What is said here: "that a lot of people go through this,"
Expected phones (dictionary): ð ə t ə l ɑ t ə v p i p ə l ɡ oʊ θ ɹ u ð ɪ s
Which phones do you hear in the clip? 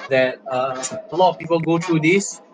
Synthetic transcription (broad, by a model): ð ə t ə l ɑ t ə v p i p ə l ɡ oʊ t ɹ u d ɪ s